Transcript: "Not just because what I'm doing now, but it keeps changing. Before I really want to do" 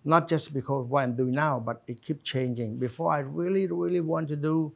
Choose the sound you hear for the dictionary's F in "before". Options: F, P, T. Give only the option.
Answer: F